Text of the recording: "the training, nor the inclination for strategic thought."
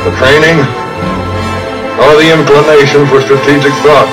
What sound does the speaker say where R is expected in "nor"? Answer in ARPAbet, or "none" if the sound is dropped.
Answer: L